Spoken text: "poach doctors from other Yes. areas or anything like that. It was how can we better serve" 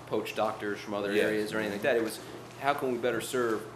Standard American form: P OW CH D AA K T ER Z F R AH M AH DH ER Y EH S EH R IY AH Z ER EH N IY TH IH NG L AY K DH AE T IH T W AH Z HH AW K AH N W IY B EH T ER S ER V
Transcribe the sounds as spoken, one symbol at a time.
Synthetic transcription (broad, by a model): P OW CH D AA K T ER Z F R AH M AH DH ER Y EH EH R IY AH Z ER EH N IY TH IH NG L AY K DH AE T IH T W AH Z HH AW K AH N W IY B EH T ER S ER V